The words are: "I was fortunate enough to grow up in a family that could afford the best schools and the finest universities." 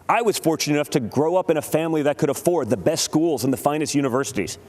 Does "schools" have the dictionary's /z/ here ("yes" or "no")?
yes